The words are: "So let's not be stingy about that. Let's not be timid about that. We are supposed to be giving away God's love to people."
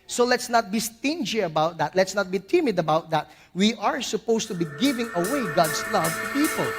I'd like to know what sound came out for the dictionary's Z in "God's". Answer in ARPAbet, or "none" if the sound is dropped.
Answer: S